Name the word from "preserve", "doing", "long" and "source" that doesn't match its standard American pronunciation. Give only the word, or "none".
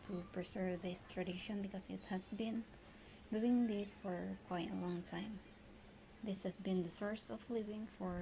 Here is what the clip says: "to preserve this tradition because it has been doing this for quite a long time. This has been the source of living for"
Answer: preserve